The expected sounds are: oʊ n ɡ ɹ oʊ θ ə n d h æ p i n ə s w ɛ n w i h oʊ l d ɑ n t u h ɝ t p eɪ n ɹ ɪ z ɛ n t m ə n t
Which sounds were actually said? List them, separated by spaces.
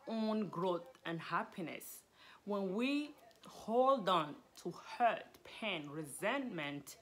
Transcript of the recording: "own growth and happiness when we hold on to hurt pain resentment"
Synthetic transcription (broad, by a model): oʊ n ɡ ɹ oʊ θ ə n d h æ p i n ə s w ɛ n w i h oʊ l d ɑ n t u h ɝ t p eɪ n ɹ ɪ z ɛ n m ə n t